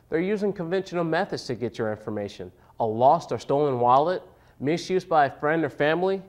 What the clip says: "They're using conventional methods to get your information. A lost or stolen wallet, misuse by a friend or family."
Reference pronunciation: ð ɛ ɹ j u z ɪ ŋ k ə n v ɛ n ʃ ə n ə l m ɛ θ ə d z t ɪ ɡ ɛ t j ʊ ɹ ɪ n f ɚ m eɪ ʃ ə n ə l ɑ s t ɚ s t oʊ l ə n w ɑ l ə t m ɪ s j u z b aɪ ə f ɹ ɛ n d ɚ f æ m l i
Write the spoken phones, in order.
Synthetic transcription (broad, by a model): ð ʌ ɹ j u z ɪ ŋ k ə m v ɛ n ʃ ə n l m ɛ θ ə d z t ɪ ɡ ɛ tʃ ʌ ɹ ɪ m f ɚ m eɪ ʃ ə n ə l ɑ s t ɚ s t oʊ l ə n w ɑ l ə t m ɪ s j u z b aɪ ə f ɹ ɛ n d ɚ f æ m l i